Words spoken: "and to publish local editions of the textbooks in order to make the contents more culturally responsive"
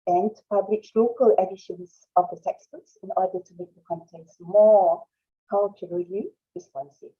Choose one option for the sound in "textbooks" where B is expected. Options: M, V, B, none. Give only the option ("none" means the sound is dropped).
none